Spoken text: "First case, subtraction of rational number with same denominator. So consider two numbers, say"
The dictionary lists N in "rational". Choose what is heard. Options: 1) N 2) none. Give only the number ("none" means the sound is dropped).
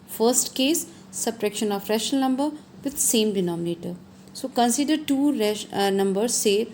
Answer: 2